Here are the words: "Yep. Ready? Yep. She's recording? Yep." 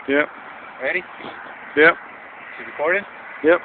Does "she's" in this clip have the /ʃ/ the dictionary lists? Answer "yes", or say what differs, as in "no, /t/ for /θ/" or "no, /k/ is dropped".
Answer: no, /s/ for /ʃ/